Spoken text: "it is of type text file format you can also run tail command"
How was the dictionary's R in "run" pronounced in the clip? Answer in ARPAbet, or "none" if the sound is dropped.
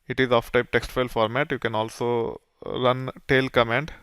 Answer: R